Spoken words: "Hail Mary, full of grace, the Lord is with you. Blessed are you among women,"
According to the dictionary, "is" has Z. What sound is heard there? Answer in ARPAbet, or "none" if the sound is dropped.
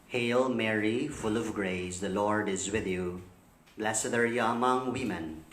Z